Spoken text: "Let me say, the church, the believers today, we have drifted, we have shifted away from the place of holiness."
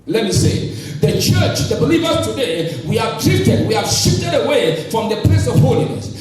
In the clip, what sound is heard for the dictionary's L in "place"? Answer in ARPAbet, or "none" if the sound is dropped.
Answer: none